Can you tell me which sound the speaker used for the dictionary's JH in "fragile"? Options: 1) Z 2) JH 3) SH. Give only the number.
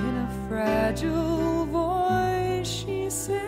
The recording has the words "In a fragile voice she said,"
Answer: 2